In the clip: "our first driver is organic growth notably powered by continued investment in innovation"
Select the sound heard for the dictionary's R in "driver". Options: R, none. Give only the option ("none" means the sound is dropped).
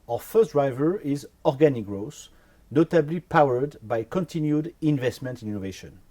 R